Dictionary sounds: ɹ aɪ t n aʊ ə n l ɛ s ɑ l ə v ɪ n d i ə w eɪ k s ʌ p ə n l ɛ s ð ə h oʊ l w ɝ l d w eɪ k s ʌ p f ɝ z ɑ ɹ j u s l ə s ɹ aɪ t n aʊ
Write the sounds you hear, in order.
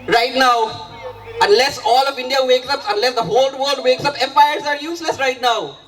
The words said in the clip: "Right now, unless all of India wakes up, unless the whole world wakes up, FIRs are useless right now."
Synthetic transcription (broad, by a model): ɹ aɪ t n aʊ ə n l ɛ s ɑ l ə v ɪ n d i ə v eɪ k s ʌ p ə n l ɛ s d ə h oʊ l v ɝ l d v eɪ k s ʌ p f ɝ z ɑ ɹ j u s l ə s ɹ aɪ t n aʊ